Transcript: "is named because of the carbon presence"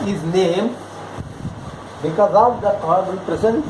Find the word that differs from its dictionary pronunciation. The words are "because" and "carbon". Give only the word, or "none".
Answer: carbon